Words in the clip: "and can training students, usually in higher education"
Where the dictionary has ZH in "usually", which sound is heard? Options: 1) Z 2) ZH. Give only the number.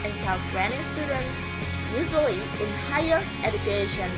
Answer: 1